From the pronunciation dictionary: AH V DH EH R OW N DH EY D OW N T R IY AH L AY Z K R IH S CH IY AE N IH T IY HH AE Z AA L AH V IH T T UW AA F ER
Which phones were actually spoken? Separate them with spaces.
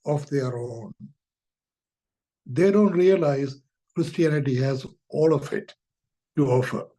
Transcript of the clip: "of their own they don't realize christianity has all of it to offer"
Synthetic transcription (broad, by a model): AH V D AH R OW N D EY D OW N T R IY AH L AY Z K R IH S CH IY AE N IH T IY HH AE Z AA L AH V IH T T UW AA F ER